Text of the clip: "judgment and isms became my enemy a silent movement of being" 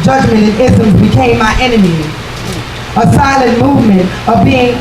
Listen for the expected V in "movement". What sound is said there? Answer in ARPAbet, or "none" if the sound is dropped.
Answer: V